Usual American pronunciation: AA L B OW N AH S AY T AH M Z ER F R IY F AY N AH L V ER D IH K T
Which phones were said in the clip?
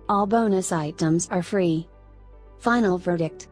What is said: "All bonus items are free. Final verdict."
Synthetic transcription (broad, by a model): AA L B OW N AH S AY T AH M Z ER F R IY F AY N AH L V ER D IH K T